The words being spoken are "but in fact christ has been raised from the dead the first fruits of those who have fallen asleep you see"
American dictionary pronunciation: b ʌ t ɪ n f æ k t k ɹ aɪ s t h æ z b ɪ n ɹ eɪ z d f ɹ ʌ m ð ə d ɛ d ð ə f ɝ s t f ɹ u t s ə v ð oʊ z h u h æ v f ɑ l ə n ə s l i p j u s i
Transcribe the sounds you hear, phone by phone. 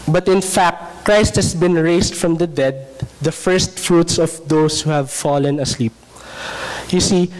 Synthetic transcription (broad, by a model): b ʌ t ɪ n f æ k t k ɹ aɪ s t h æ s b ɪ n ɹ eɪ s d f ɹ ʌ m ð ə d ɛ d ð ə f ɝ s t f ɹ u t s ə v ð oʊ s h u h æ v f ɑ l ə n ə s l i p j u s i